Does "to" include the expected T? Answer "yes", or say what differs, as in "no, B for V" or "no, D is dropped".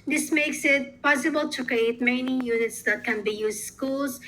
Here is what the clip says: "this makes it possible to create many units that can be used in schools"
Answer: yes